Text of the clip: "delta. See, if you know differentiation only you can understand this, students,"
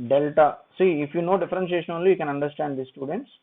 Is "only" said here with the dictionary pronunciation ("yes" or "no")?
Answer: no